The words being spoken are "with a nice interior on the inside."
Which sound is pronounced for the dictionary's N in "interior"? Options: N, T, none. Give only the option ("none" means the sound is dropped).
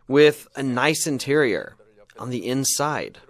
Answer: N